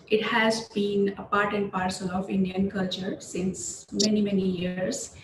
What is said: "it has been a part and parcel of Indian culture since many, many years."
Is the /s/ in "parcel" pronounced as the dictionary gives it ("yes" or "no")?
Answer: yes